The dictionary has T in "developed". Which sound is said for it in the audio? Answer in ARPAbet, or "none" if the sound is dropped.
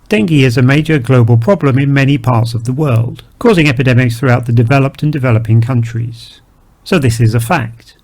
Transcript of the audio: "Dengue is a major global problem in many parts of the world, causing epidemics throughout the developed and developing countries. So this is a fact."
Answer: T